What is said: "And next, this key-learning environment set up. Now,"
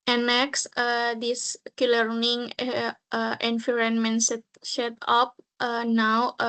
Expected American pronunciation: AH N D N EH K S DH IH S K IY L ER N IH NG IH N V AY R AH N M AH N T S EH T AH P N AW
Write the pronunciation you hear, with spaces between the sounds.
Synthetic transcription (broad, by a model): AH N N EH K S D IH S K IY L ER N IH NG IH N F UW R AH N M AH N T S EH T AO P N AW